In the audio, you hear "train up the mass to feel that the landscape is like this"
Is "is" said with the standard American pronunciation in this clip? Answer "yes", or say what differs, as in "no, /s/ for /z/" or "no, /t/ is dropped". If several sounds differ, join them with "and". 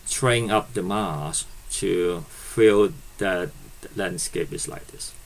no, /s/ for /z/